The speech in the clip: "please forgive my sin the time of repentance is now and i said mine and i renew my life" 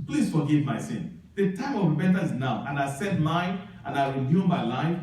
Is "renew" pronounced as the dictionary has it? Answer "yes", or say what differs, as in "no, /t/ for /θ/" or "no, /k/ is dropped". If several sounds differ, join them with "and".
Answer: no, /w/ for /ɹ/